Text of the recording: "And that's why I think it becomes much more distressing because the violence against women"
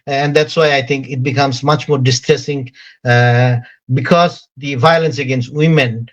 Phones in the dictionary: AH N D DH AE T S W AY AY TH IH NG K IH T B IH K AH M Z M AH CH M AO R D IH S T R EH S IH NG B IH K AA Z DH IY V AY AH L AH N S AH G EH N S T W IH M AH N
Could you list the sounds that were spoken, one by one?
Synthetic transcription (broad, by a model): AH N D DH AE T S W AY AY T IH NG K IH T B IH K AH M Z M AH CH M AO R D IH S T R EH S IH NG B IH K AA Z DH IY V AY AH L AH N S AH G EH N S T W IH M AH N